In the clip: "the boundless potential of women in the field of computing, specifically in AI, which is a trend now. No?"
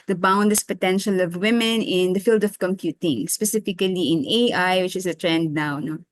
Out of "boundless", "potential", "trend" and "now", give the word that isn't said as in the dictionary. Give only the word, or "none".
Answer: boundless